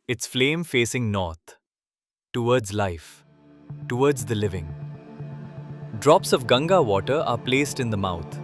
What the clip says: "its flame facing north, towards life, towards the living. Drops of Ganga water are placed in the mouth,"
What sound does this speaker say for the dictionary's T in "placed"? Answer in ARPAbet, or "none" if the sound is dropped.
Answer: T